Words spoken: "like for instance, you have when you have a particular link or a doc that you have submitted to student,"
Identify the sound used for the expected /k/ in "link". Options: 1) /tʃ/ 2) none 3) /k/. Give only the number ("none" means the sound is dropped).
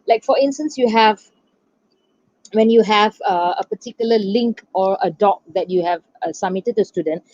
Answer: 3